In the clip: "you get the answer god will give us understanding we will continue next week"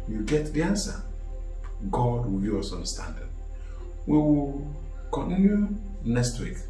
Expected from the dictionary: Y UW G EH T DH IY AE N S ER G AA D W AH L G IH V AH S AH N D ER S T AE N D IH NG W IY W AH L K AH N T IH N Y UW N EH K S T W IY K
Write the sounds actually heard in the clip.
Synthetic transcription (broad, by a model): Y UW G EH T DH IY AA N S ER G AA D W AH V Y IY AH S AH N S T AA N D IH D W IY W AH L K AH N T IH N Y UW N EH K S T W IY K